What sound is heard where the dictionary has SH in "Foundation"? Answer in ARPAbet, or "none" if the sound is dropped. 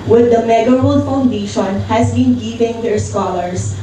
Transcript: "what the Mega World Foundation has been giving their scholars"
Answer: SH